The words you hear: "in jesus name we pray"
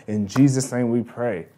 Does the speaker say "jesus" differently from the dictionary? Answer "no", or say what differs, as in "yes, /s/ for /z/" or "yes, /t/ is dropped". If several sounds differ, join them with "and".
no